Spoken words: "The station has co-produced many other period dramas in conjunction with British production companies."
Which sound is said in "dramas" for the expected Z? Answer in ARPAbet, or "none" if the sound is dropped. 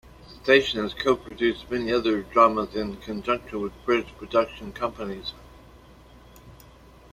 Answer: Z